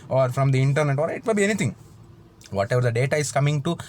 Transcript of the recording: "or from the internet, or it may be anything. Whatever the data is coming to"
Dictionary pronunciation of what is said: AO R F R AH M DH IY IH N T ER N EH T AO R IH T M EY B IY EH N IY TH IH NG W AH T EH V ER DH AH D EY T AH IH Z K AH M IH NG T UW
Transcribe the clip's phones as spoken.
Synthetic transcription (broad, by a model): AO R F R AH M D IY IH N T ER N EH T AO R IH T M EY B IY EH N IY T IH NG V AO T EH V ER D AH D EY T AH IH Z K AH M IH NG T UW